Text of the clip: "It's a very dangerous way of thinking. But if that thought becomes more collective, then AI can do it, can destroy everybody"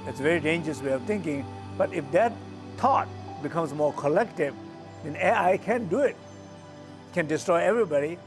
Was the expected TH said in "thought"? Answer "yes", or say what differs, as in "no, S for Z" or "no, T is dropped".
no, T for TH